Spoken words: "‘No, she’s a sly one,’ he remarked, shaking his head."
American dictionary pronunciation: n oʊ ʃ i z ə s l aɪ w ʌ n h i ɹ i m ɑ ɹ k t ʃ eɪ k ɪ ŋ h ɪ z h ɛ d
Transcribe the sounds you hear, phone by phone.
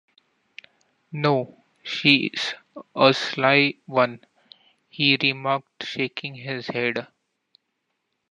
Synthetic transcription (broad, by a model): n oʊ ʃ i z ə s l aɪ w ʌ n h i ɹ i m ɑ ɹ k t ʃ eɪ k ɪ ŋ h ɪ z h ɛ d